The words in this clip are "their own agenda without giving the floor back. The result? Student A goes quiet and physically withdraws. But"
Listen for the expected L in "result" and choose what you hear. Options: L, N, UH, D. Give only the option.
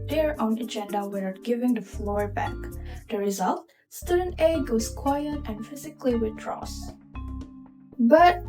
L